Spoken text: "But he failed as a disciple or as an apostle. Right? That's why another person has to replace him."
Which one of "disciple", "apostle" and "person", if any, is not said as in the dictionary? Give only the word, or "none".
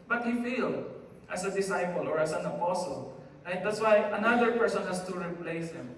none